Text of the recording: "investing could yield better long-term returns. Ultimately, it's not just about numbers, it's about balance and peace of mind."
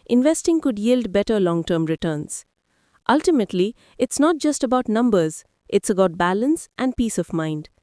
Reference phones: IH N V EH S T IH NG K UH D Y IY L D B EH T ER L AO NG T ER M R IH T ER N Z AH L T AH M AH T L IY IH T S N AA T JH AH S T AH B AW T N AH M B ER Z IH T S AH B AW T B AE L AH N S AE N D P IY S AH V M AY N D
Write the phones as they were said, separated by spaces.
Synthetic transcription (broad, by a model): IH N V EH S T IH NG K UH D Y IY L D B EH T ER L AO NG T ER M R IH T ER N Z AH L T AH M AH T L IY IH T S N AA T JH AH S T AH B AW T N AH M B ER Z IH T S AH B AW T B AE L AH N S AE N D P IY S AH V M AY N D